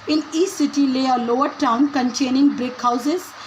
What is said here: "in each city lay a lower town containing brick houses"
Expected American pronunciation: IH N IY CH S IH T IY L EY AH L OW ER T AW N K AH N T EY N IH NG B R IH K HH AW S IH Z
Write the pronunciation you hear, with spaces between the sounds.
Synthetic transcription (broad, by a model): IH N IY S S IH T IY L EY AH L OW ER T AW N K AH N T EY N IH NG B R IH K HH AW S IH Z